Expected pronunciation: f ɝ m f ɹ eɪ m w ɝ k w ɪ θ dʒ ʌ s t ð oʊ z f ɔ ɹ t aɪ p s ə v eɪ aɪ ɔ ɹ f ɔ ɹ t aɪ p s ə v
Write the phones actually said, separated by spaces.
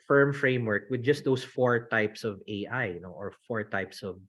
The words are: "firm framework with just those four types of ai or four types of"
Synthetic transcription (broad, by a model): f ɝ m f ɹ eɪ m w ɝ k w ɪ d dʒ ʌ s t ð oʊ s f ɔ ɹ t aɪ p s ə v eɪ aɪ ɔ ɹ f ɔ ɹ t aɪ p s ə v